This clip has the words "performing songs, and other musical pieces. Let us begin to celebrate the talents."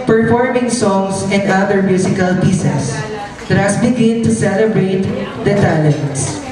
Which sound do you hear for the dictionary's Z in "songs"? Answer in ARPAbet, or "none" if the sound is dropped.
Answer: S